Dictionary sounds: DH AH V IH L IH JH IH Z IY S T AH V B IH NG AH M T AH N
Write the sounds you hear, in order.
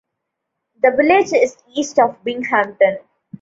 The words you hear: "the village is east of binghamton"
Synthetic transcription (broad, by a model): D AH V IH L IH JH IH Z IY S T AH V B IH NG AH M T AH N